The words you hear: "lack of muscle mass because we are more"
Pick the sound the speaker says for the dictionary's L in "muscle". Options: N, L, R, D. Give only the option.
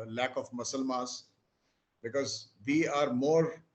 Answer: L